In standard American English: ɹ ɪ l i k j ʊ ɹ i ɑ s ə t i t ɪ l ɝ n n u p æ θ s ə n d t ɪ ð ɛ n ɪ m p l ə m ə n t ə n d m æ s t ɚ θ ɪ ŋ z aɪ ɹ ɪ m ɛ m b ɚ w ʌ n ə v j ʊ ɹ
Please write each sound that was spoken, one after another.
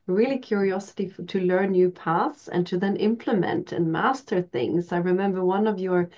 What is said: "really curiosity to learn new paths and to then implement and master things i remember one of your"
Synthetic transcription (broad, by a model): ɹ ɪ l i k j ʊ ɹ i ɑ s ə t i t ɪ l ɝ n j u p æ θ s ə n t ɪ ð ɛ n ɪ m p l ə m ə n t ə n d m æ s t ɚ θ ɪ ŋ z aɪ ɹ ɪ m ɛ m b ɚ w ʌ n ə v j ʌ ɹ